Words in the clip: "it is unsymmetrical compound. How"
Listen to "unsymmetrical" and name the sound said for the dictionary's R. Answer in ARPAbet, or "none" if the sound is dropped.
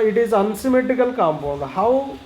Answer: none